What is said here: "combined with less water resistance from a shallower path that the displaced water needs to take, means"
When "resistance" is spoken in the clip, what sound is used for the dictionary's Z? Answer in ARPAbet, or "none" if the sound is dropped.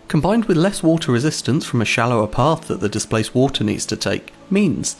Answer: Z